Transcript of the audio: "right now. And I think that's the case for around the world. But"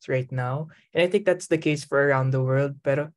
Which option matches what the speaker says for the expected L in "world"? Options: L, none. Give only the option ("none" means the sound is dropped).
L